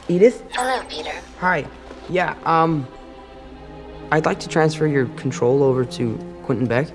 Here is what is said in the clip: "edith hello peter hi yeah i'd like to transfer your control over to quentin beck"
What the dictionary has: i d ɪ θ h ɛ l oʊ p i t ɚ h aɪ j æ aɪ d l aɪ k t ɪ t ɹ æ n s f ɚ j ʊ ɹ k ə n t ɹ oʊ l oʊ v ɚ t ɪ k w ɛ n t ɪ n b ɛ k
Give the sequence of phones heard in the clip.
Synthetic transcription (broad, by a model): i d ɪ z h ɛ l oʊ p i t ɚ h aɪ j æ aɪ d l aɪ k t ɪ t ɹ æ n s f ɚ j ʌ ɹ k n t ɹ oʊ l oʊ v ɚ t ɪ k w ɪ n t n b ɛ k